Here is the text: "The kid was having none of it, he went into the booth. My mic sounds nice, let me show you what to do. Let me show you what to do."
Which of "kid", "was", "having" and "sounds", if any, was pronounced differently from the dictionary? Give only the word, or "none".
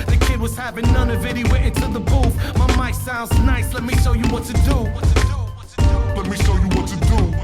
none